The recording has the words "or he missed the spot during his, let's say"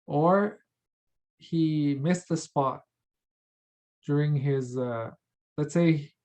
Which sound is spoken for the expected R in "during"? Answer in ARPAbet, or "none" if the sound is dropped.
R